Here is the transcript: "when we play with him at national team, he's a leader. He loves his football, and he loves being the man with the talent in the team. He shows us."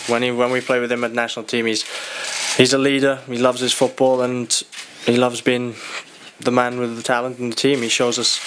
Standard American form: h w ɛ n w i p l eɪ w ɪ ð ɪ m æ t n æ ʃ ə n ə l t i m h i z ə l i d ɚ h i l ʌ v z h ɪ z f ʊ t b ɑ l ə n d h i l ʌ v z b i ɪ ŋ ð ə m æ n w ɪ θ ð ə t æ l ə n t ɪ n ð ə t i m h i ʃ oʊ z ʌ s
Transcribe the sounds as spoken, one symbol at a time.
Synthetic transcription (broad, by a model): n w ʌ n w i p l eɪ w ɪ ð ɪ m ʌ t n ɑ ʃ ə n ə l t i m h i z ə l i d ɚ h i l ʌ v z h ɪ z f ʊ t b ɑ l ə n h i l ʌ v z b i ɪ ŋ ð ə m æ n w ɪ ð ə t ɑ l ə n t ɪ n ð ə t i m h i ʃ oʊ z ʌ s